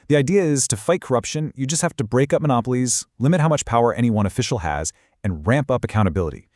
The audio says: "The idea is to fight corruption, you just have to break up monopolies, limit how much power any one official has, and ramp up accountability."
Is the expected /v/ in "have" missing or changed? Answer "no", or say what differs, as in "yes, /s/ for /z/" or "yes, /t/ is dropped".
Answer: yes, /f/ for /v/